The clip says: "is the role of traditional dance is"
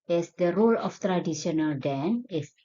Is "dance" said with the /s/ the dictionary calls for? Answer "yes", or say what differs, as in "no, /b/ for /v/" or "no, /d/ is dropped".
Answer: no, /s/ is dropped